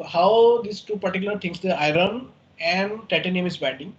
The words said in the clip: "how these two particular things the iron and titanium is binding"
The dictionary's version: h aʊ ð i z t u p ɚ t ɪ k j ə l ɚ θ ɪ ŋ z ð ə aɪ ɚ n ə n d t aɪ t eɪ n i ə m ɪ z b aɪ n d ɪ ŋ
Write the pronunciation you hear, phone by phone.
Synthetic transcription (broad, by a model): h aʊ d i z t u p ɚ t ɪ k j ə l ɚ t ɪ ŋ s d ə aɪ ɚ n ə n d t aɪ t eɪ n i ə m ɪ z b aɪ n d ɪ ŋ